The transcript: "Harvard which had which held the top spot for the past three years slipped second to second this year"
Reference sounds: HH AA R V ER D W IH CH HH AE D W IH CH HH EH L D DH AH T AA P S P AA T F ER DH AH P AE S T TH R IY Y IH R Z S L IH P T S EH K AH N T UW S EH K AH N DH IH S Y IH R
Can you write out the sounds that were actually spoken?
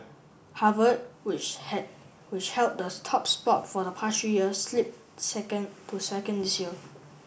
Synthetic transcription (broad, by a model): HH AA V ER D W IH CH HH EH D W IH CH HH EH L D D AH T AA P S P AA T F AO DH AH P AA S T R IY Y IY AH S L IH P S EH K AH N T UW S EH K AH N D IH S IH L